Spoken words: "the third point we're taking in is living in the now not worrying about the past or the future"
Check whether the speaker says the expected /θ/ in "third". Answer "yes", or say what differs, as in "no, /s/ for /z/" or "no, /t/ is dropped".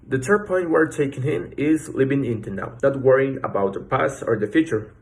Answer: no, /t/ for /θ/